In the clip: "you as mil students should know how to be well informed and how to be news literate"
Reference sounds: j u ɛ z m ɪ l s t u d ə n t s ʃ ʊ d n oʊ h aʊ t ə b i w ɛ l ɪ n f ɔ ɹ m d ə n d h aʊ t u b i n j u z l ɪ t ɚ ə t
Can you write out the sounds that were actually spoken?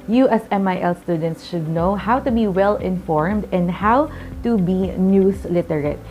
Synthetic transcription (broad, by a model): j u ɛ s m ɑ l s t u d ə n t s ʃ ʊ d n oʊ h aʊ t ə b i w ɛ l ɪ n f ɔ ɹ m d ə n d h aʊ t u b i n j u s l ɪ t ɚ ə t